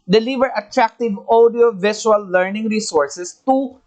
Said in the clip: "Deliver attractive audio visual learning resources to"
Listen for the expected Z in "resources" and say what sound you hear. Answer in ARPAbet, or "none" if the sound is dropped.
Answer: S